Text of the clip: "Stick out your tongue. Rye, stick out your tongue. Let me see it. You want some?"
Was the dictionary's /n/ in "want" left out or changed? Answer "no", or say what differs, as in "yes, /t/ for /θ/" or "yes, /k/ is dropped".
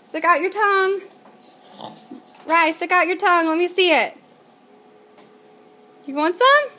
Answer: no